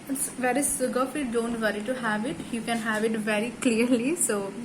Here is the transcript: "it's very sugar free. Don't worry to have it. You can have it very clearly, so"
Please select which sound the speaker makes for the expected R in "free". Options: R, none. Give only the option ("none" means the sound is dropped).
none